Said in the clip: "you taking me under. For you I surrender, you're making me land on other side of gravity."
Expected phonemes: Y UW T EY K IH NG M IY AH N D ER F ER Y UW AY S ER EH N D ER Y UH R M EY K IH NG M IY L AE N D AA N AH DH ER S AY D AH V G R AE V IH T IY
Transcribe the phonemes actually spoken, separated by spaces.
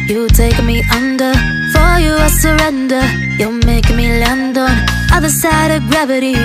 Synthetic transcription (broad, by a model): Y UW T EY IH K M IY AH N D ER F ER Y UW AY S ER EH N D ER Y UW L M EY IH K M IY L AE N D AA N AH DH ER S AY D AH V G R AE V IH T IY